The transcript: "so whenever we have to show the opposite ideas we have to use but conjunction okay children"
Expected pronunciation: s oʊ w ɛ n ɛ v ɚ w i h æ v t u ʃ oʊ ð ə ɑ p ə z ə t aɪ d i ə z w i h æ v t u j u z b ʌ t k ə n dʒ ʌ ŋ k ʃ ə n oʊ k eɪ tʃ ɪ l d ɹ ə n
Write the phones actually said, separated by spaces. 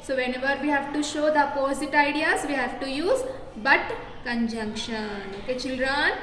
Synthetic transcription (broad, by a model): s oʊ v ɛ n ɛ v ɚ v i h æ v t u ʃ oʊ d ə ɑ p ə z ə t aɪ d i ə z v i h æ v t u j u z b ʌ t k ə n dʒ ʌ ŋ k ʃ ə n oʊ k eɪ tʃ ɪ l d ɹ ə n